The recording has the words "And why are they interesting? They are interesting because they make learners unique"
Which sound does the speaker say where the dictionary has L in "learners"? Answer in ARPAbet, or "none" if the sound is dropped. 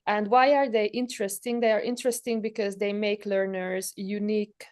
L